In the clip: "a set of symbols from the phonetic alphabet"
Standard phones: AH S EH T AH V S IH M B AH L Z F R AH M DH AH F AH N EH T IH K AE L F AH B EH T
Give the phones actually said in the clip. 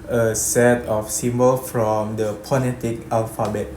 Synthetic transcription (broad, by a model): AH S EH T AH F S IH M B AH L F R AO M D AH P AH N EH T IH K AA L F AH B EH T